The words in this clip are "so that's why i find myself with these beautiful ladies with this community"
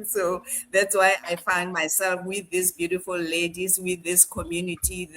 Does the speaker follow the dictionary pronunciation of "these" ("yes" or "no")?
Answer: no